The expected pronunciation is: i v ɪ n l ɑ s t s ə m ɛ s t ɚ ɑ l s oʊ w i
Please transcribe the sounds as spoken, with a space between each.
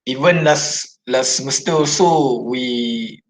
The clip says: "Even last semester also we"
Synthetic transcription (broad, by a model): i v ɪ n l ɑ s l s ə m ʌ s t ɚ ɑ s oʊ w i